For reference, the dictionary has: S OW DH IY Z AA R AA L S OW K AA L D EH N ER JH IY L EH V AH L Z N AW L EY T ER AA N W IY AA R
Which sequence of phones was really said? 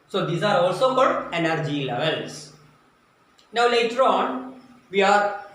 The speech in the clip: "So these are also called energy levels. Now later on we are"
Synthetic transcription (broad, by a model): S OW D IY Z AA R AA L S OW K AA D EH N ER JH IY L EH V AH L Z N AW L EY T ER AA N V IY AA R